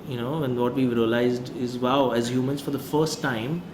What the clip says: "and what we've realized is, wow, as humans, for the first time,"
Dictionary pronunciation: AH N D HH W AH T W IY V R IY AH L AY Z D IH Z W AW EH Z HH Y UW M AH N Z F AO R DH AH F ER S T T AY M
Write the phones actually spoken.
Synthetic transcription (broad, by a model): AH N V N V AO T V IY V R IY AH L AY Z D IH Z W AW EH Z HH Y UW M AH N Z F AO R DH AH F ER S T T AY M